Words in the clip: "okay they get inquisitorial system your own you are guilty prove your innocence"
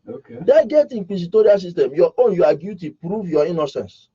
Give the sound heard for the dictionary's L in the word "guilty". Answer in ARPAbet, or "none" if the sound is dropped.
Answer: none